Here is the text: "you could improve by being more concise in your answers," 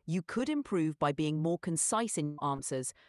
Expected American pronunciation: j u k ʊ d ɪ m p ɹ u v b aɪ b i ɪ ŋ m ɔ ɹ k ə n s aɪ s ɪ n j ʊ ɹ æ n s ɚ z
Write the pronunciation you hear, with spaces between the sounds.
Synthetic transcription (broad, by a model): j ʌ k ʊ d ɪ m p ɹ u v b aɪ b i ɪ ŋ m ɔ k ə n s aɪ s ɪ n j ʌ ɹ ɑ n s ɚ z